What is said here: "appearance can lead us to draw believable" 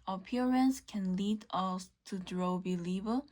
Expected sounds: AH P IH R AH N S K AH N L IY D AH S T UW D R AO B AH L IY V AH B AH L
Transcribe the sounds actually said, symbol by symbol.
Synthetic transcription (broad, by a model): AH P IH R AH N S K AH N L IY D AH S T UW D R AO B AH L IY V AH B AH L